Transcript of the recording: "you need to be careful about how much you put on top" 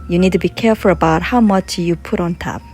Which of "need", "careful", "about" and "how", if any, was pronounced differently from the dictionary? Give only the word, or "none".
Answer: none